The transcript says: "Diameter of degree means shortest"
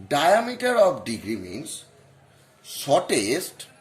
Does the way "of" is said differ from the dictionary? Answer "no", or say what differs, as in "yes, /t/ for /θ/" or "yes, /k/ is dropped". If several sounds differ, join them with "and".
yes, /p/ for /v/